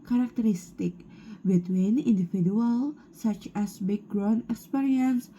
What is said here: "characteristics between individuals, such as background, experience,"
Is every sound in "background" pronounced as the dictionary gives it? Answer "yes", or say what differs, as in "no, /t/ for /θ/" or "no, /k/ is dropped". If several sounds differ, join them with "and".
no, /d/ is dropped